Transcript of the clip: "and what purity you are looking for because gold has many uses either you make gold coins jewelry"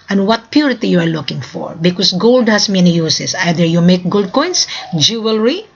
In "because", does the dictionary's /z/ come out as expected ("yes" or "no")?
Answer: no